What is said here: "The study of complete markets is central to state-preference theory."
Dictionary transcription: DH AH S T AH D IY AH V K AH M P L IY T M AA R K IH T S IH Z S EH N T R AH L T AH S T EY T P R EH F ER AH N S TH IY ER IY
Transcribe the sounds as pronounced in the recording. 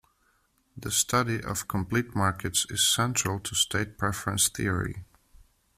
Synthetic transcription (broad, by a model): DH AH S T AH D IY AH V K AH M P L IY T M AA R K IH T S IH Z S EH N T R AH L T AH S T EY T P R EH F ER AH N S TH IY ER IY